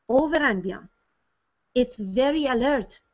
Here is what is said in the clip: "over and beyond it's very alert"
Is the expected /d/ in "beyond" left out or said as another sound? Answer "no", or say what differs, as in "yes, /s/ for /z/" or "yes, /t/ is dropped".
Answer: yes, /d/ is dropped